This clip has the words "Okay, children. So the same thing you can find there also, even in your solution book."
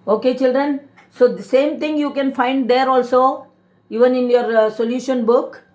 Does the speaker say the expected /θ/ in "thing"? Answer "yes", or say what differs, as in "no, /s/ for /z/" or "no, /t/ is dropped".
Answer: no, /t/ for /θ/